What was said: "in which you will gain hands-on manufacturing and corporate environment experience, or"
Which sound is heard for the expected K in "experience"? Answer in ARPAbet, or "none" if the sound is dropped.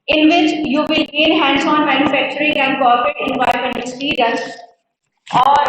none